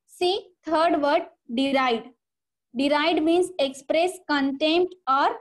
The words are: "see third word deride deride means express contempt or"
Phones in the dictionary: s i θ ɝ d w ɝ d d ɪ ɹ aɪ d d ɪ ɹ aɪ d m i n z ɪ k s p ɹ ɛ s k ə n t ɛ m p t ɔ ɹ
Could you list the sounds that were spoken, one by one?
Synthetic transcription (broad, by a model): s i t ɝ d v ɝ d d ɪ ɹ aɪ d d ɪ ɹ aɪ d m i n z ɪ k s p ɹ ɛ s k ə n t ɛ m p t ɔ ɹ